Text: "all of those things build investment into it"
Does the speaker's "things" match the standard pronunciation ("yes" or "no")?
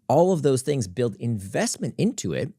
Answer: yes